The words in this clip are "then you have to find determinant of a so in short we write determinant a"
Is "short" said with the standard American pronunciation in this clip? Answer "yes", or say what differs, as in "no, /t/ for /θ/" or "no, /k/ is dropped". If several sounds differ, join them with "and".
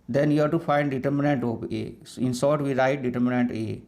no, /s/ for /ʃ/